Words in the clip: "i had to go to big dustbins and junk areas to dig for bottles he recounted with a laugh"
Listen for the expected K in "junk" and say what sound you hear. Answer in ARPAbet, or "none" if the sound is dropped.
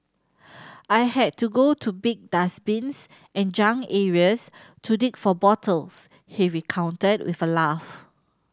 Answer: none